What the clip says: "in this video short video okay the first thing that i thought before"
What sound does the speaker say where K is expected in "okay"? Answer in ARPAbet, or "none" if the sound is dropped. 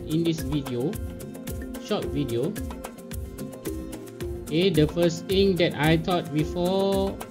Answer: none